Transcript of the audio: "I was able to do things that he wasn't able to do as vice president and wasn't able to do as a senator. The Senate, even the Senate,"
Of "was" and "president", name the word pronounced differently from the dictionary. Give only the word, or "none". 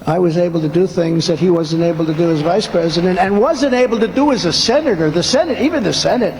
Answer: none